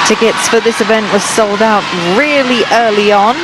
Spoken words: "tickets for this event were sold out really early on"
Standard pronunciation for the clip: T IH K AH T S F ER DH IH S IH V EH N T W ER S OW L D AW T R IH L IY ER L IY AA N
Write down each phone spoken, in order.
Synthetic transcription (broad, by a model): T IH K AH T S F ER DH IH S IH V EH N T W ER S OW L D AW T R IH L IY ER L IY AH N